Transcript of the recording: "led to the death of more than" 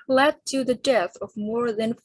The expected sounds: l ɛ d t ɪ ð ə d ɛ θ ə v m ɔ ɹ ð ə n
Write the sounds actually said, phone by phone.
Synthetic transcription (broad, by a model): l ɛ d t ɪ ð ə d ɛ θ ə v m ɔ ɹ ð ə n